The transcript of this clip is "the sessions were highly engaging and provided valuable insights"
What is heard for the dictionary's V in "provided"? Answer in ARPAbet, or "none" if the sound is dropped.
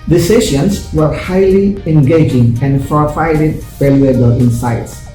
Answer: F